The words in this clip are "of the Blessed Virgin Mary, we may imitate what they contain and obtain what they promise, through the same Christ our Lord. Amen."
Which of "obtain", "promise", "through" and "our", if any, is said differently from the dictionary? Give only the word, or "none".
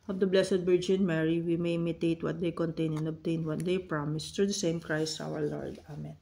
through